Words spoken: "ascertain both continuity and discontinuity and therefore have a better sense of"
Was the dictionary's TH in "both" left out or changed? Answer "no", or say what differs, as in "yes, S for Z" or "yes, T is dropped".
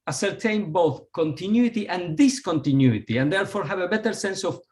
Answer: no